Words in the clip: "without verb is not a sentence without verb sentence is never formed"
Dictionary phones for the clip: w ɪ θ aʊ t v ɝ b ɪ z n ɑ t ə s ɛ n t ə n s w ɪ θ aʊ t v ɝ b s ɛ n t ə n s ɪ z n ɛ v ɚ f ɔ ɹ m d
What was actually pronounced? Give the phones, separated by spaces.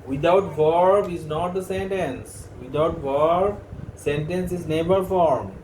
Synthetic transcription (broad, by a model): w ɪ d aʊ t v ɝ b ɪ z n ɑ t ə s ɛ n t ə n s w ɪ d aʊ t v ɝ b s ɛ n t ə n s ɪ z n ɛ b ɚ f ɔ ɹ m